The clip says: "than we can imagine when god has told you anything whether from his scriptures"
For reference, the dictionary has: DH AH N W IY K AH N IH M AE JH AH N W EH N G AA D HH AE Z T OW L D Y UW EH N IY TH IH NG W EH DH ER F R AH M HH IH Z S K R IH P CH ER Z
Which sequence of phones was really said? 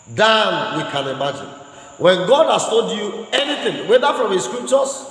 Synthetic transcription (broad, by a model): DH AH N W IY K AH N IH M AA JH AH N W EH N G AA D HH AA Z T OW D Y UW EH N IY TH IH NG W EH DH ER F R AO M HH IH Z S K R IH P CH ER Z